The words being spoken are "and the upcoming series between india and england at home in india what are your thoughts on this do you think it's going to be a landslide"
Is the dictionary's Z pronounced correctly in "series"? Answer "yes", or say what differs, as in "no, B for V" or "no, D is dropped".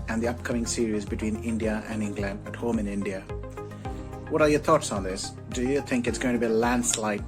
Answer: yes